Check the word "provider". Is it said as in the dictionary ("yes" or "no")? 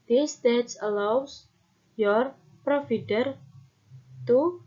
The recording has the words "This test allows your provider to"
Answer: no